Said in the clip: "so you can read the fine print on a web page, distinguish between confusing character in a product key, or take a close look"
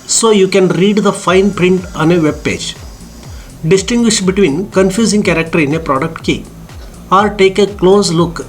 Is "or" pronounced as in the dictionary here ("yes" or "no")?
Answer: no